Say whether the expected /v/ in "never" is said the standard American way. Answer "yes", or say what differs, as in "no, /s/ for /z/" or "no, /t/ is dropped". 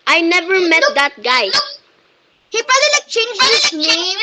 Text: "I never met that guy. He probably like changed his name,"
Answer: yes